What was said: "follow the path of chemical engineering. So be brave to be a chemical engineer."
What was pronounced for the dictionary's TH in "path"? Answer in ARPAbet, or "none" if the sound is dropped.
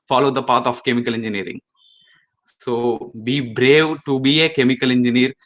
T